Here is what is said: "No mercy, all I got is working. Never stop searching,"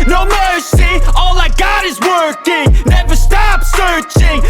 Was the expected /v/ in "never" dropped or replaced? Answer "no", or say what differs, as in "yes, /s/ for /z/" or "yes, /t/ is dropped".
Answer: no